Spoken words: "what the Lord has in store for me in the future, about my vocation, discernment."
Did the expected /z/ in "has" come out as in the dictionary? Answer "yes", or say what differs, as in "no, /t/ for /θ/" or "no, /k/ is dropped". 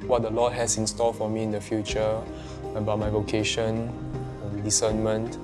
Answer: no, /s/ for /z/